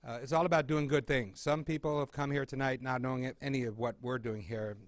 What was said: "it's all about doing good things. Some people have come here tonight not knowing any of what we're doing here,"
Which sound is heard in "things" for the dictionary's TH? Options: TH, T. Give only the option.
TH